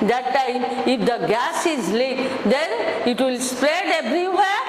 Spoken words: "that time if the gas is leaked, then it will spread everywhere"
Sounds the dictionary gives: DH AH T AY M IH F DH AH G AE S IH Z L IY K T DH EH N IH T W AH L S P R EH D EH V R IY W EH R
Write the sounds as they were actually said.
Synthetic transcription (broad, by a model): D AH T AY M IH F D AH G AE S IH Z L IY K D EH N IH T W AH L S P R EH D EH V R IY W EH